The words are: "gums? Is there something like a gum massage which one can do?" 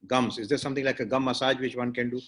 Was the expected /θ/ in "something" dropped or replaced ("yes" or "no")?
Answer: yes